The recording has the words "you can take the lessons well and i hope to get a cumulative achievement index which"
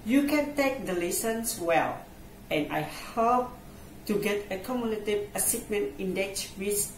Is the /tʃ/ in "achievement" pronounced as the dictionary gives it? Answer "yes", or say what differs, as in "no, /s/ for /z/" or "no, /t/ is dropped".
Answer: no, /s/ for /tʃ/